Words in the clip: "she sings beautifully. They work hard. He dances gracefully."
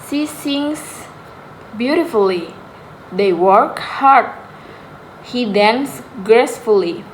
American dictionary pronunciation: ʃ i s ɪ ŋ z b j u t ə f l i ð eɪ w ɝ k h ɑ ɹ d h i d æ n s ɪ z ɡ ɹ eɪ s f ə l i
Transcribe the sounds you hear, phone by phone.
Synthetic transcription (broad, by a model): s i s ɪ ŋ s b j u t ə f l i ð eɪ w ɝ k h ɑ ɹ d h i d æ n s ɡ ɹ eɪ s f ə l i